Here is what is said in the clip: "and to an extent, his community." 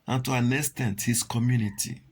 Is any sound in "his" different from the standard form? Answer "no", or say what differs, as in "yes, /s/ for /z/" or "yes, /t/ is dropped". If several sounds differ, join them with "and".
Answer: yes, /s/ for /z/